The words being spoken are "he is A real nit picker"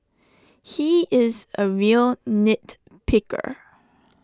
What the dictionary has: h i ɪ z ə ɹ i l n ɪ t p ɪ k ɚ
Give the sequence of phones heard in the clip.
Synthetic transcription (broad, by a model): h i ɪ z ə ɹ i l n ɪ t p ɪ k ɚ